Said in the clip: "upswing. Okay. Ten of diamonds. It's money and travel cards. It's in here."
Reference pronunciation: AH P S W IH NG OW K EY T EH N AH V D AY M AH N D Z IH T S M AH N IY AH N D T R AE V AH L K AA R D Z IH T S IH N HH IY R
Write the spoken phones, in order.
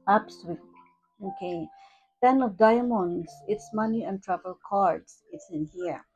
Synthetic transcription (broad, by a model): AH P S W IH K OW K EY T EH N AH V D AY M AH N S IH T S M AH N IY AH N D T R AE P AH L K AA R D S IH T S IH N HH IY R